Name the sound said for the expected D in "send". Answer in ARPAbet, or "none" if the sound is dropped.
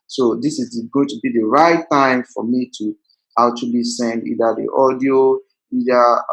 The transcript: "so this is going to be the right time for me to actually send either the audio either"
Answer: none